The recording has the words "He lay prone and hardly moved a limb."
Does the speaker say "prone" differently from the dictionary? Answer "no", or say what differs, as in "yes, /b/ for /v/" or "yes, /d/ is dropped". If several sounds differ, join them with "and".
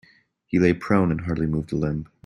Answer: no